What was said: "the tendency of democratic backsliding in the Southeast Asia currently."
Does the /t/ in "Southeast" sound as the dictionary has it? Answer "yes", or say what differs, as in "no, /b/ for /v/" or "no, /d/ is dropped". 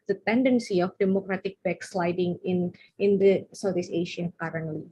no, /t/ is dropped